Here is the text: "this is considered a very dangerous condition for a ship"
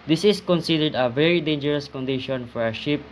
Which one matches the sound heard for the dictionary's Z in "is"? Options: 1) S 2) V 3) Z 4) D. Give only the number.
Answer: 1